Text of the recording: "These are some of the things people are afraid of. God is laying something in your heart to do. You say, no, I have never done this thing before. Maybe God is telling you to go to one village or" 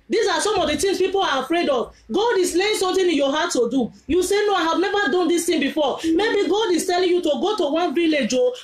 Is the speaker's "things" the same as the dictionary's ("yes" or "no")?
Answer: no